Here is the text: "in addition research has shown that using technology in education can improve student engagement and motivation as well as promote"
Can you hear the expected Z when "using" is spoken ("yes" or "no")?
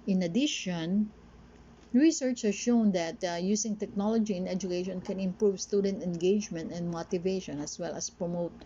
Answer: no